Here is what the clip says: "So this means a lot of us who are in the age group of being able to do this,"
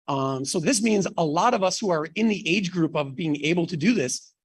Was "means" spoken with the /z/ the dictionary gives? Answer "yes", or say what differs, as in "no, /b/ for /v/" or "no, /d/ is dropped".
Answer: yes